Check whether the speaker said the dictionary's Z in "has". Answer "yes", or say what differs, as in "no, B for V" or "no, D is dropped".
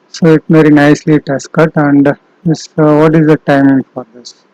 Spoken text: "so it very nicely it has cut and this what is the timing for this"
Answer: no, S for Z